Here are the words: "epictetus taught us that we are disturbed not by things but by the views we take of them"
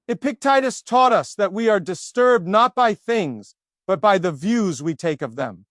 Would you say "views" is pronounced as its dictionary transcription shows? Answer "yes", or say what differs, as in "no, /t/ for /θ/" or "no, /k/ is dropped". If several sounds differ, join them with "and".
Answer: yes